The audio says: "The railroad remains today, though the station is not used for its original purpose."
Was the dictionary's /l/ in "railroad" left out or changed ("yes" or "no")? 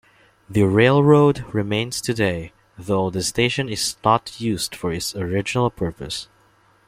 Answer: no